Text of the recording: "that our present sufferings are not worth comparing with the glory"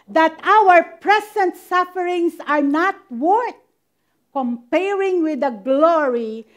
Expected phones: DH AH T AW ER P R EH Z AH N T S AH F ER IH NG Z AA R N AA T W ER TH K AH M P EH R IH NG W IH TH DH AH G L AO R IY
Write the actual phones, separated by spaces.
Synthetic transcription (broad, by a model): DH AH T AW ER P R EH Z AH N T S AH F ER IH NG S AA R N AA T W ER T K AH M P EH R IH NG W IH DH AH G L AO R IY